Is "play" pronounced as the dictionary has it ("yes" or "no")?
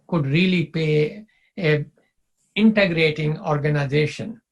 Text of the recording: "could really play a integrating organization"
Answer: no